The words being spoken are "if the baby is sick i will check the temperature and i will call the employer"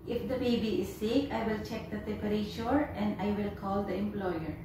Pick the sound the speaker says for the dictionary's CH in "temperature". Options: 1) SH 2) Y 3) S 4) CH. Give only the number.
1